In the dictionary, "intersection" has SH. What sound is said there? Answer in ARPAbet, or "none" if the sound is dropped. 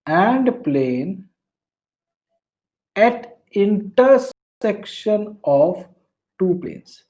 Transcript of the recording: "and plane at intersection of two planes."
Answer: SH